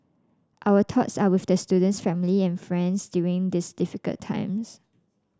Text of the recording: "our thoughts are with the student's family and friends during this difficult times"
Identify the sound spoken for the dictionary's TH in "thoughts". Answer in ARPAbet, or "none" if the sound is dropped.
T